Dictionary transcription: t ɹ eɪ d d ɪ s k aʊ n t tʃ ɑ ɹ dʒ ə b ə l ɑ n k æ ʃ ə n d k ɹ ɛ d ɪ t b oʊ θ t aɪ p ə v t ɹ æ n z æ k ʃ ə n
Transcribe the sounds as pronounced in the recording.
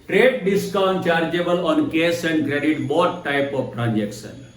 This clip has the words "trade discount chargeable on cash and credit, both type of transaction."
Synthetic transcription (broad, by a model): t ɹ eɪ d d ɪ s k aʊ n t tʃ ɑ ɹ dʒ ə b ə l ɑ n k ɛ s ə n d k ɹ ɛ d ɪ t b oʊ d t aɪ p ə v t ɹ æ n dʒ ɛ k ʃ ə n